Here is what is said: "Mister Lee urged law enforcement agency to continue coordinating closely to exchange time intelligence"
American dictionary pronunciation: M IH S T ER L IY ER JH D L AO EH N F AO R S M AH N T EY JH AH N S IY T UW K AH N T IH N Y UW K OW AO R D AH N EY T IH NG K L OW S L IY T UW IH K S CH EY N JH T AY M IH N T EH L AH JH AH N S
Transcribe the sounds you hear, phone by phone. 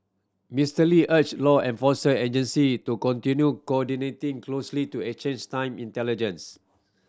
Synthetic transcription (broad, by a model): M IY S T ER L IY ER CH L AO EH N F AO S AH EY JH AH N S IY T UW K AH N T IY N Y UW K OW AO D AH N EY T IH NG K L OW S L IY T UW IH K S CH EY N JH T AY M IH N T EH L AH JH AH N S